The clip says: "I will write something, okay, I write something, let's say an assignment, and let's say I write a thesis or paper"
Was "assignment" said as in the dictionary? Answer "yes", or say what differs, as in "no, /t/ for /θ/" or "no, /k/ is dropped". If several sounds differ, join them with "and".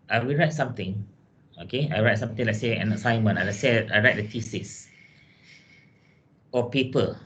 no, /t/ is dropped